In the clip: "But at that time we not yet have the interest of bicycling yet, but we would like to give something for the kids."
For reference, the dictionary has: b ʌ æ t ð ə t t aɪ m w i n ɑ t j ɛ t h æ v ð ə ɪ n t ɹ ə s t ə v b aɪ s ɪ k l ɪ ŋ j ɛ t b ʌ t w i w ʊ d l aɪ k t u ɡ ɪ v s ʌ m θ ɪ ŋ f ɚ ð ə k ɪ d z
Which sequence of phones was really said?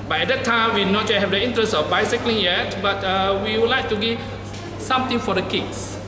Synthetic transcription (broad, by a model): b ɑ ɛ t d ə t t aɪ m w i n ɑ t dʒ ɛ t h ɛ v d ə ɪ n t ɹ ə s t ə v b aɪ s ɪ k l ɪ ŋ j ɛ t b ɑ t w i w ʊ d l aɪ k t u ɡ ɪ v s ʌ m t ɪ ŋ f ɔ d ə k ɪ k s